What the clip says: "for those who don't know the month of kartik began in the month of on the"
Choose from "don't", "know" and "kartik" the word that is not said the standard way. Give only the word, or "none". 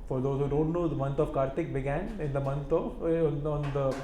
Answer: none